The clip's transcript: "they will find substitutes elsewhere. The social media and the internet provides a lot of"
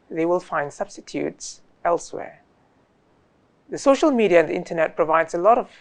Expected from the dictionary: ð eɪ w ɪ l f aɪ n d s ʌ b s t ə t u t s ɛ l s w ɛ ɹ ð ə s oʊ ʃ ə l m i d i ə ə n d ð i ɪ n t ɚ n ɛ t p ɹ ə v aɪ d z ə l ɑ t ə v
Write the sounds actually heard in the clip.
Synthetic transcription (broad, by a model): ð eɪ w ɪ l f aɪ n d s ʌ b s t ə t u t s ɛ l s w ɛ ɹ ð ə s oʊ ʃ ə l m i d i ə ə n ð i ɪ n t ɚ n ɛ t p ɹ ə v aɪ d z ə l ɑ t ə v